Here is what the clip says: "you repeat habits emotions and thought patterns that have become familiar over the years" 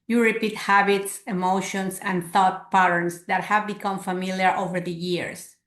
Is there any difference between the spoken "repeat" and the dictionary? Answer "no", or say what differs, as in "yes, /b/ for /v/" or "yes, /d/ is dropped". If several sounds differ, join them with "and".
no